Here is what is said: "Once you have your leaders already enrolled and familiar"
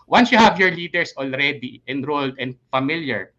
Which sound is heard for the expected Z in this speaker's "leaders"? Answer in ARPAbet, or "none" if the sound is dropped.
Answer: S